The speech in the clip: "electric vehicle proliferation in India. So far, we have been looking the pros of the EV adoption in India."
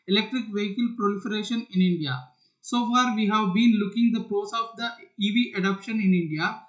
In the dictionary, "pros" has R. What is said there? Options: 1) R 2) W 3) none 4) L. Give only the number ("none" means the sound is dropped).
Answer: 3